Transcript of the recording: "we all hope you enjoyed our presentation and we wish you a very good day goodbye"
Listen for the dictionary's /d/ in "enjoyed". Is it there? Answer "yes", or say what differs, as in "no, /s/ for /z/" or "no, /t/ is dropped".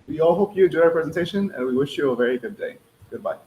no, /d/ is dropped